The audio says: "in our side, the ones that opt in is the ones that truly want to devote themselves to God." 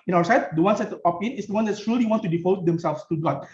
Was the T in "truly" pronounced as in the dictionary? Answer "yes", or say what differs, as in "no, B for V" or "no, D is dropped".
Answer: no, S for T